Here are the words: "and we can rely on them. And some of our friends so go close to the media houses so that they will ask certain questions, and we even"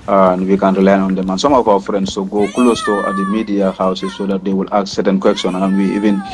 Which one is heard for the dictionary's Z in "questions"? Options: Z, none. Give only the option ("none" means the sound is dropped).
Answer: none